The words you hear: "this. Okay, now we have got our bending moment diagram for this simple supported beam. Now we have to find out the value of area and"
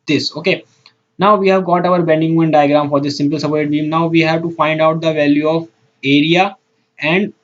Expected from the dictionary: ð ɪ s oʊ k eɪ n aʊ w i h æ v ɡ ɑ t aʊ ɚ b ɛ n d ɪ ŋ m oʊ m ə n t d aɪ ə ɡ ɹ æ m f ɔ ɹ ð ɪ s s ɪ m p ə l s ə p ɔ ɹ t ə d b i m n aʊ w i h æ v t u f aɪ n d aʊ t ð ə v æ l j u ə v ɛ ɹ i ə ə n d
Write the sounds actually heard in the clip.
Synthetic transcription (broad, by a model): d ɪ s oʊ k eɪ n aʊ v i h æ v ɡ ɑ t aʊ ɚ b ɛ n d ɪ ŋ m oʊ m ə n d aɪ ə ɡ ɹ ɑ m f ɔ ɹ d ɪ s s ɪ m p ə l s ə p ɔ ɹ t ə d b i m n aʊ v i h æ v t u f aɪ n d aʊ t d ə v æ l j u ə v ɛ ɹ i ə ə n d